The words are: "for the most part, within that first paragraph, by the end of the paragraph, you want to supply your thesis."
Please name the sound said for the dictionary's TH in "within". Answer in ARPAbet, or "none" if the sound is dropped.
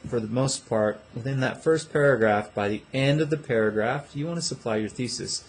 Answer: TH